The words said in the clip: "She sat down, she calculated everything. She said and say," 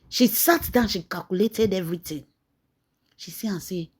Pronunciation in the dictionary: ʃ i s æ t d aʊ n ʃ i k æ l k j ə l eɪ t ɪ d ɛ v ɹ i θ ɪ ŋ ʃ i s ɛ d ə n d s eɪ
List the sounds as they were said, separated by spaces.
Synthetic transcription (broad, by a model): ʃ i s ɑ t d aʊ n ʃ i k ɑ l k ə l eɪ t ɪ d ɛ v ɹ i t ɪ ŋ ʃ i s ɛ ə s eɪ